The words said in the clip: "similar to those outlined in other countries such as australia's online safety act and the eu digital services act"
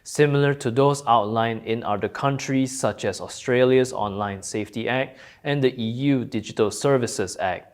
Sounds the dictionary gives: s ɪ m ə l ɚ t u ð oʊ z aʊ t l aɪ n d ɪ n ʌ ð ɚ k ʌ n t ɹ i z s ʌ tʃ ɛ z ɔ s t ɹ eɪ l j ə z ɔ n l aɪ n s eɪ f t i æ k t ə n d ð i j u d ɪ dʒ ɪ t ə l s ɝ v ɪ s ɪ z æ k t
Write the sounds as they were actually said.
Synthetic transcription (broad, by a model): s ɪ m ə l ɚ t u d oʊ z aʊ t l aɪ n ɪ n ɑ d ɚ k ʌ n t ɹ i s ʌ tʃ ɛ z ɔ s t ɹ eɪ l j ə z ɔ n l aɪ n s eɪ f t i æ k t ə n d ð i j u d ɪ dʒ ɪ t ə l s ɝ v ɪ s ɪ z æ k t